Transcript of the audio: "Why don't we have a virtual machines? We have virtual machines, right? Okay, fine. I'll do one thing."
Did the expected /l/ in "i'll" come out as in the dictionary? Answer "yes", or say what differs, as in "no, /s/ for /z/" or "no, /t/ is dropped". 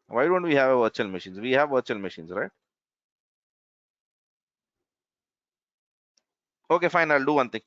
yes